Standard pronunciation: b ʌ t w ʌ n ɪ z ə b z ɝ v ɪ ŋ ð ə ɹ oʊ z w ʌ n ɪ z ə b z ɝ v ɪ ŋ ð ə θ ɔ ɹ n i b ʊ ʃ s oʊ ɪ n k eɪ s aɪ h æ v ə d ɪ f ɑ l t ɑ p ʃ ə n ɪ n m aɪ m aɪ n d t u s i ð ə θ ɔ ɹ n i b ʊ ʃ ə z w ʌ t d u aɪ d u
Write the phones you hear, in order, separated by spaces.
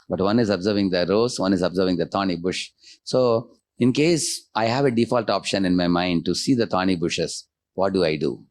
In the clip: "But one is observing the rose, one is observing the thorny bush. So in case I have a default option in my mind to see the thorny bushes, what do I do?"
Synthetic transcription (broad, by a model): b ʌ t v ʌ n ɪ z ə b z ɝ v ɪ ŋ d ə ɹ oʊ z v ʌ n ɪ z ə b z ɝ v ɪ ŋ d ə t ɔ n i b ʊ ʃ s oʊ ɪ n k eɪ s aɪ h æ v ə d ɪ f ɑ l t ɑ p ʃ ə n ɪ n m aɪ m aɪ n d t u s i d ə t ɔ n i b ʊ ʃ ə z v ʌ t d u aɪ d u